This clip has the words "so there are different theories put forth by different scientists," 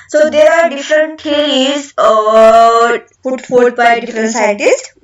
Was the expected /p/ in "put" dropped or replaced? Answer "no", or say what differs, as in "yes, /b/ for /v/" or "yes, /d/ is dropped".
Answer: yes, /f/ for /p/